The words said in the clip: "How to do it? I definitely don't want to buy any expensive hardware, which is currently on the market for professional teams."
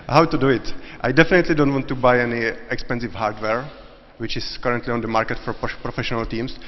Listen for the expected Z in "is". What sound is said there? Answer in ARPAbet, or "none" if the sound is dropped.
S